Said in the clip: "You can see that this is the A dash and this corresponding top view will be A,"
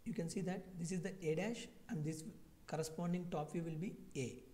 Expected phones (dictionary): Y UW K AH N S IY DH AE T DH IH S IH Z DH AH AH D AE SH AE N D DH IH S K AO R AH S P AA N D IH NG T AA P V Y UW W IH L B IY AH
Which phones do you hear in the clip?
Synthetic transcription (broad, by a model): Y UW K AH N S IY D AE T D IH S IH Z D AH AH D AE SH AE N D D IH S K AO R AH S P AA N D IH NG T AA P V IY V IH L B IY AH